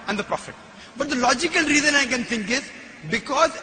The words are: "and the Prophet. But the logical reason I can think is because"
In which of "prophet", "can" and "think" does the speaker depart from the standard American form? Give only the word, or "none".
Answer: think